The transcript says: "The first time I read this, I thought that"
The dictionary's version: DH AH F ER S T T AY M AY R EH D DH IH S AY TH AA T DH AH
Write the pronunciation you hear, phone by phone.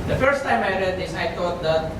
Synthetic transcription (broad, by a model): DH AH F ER S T T AY M AY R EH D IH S AY T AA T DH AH